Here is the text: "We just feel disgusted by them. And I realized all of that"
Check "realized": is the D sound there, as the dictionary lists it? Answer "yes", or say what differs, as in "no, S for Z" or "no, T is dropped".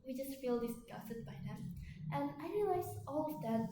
no, D is dropped